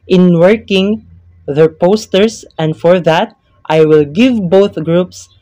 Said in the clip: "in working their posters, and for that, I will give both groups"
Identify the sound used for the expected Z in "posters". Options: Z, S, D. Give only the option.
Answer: S